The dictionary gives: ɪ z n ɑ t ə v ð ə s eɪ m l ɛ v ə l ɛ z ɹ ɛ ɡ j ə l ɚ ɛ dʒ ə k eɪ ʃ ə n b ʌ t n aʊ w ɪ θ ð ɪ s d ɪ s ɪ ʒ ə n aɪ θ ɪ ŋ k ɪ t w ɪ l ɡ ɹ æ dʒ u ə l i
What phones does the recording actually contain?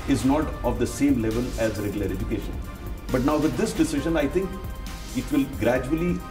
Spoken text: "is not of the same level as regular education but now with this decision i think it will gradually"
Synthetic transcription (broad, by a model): ɪ z n ɑ t ə v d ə s eɪ m l ɛ v ə l ɛ z ɹ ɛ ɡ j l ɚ ɛ dʒ ə k eɪ ʃ ə n b ʌ t n aʊ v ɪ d ɪ s d ɪ s ɪ ʒ ə n aɪ t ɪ ŋ k ɪ t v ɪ l ɡ ɹ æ dʒ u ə l i